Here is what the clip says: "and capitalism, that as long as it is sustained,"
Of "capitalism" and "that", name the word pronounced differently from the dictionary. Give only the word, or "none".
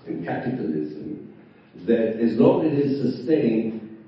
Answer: none